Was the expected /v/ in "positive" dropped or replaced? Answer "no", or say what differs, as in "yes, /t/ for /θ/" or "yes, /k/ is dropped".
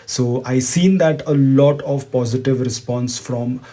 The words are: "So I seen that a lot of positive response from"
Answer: no